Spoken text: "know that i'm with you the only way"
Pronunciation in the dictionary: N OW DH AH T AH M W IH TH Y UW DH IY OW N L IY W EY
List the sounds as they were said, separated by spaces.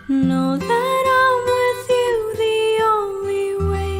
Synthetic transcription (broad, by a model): N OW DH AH T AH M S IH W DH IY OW L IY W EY